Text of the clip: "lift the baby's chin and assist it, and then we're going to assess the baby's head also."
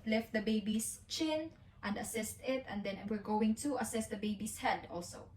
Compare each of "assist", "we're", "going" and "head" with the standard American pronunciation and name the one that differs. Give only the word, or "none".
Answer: none